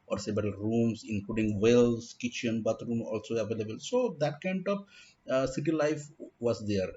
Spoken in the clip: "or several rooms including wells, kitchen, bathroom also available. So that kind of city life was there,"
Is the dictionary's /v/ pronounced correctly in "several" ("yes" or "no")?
no